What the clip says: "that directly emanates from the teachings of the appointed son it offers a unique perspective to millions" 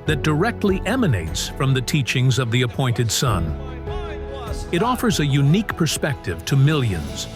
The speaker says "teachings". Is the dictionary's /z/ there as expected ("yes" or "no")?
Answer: yes